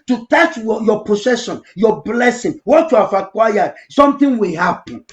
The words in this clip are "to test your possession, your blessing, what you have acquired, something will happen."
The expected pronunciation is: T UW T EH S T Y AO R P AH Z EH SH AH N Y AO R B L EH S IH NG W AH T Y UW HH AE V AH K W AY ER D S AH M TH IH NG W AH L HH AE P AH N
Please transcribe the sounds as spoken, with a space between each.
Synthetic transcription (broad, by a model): T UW T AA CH Y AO P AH S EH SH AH N Y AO B L EH S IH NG W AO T Y UW HH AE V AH K W AY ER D S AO M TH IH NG W AH L HH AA P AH N